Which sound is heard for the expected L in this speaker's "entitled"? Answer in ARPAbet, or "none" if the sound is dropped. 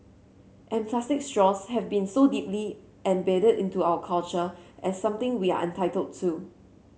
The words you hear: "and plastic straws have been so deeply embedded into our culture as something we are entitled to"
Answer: L